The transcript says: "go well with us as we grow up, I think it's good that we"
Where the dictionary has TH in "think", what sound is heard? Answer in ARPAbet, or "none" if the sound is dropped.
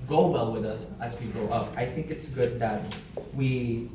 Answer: TH